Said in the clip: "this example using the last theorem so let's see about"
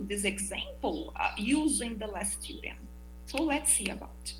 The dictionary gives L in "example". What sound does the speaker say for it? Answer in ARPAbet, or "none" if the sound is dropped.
L